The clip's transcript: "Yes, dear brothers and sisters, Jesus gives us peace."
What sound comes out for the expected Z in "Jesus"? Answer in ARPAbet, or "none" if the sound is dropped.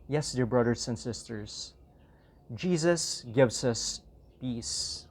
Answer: Z